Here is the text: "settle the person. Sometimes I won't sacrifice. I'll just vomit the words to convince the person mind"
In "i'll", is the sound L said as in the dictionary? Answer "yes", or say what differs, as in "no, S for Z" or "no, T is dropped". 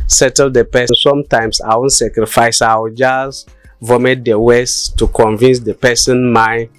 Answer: no, W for L